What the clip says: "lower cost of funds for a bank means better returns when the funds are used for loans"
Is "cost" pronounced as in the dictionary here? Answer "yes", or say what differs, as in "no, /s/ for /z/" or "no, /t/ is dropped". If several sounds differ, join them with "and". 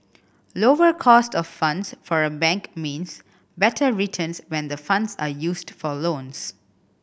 yes